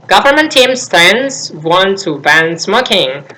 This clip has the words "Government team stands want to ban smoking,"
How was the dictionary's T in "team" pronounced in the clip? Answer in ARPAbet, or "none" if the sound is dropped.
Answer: T